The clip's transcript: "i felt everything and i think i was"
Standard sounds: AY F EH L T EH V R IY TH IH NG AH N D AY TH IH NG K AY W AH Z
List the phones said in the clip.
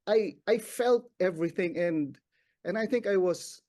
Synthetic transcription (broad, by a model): AY F EH L T EH V R IY TH IH NG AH N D AY TH IH NG K AY W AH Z